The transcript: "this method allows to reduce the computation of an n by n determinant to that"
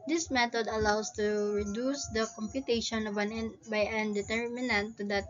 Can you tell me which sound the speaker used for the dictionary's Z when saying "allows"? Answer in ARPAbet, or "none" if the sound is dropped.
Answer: S